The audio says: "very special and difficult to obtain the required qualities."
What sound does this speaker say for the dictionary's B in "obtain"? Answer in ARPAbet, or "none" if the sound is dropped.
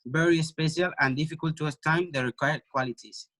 none